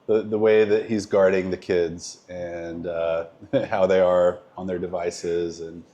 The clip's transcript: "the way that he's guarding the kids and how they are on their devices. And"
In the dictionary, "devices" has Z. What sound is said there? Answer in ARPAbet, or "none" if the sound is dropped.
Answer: Z